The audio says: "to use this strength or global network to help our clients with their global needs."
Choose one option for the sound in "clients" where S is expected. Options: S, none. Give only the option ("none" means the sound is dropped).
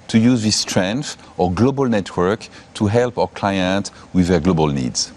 none